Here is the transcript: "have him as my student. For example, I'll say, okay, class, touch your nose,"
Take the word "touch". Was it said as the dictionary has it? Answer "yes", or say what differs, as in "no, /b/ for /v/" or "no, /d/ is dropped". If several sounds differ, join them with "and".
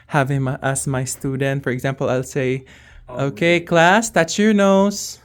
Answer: no, /s/ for /tʃ/